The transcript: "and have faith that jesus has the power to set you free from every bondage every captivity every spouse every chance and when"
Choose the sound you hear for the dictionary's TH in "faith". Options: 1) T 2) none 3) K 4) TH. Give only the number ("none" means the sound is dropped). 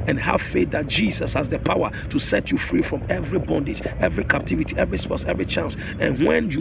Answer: 1